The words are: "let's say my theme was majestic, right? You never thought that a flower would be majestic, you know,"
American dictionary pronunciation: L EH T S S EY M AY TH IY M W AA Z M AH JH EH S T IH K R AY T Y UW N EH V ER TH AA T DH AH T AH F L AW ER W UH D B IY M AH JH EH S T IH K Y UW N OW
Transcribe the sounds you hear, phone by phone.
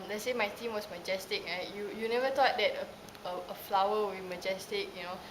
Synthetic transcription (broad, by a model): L EH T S S EY M AY T IY M W AA S M AH JH EH S T IH K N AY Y Y UW N EH V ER T AA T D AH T AH F L AW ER W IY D M AH JH EH S T IH K Y UW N OW